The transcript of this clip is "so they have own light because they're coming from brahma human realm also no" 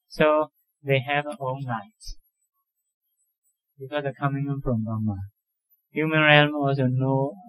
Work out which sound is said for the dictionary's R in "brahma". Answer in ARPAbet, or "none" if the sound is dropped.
none